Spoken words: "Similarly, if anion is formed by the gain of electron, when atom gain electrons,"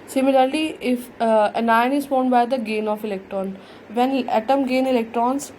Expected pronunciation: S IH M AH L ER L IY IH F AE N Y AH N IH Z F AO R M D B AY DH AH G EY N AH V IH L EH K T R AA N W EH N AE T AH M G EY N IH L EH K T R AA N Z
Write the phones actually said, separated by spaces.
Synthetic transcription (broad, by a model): S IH M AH L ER L IY IH F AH N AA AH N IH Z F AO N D B AY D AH G EY N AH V IH L EH K T R AA N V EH N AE T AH M G EY N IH L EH K T R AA N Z